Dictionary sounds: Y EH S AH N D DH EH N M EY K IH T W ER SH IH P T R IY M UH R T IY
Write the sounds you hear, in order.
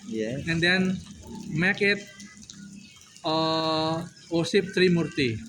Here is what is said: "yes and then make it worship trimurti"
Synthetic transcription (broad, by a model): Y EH AH N D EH N M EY K IH T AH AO S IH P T R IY M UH R T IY